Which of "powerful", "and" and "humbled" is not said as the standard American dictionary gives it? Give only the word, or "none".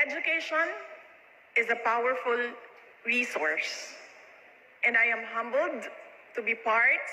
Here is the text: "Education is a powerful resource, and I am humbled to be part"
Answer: none